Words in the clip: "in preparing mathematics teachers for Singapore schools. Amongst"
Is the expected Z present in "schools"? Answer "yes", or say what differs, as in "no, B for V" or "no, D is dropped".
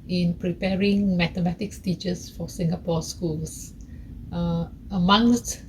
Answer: no, S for Z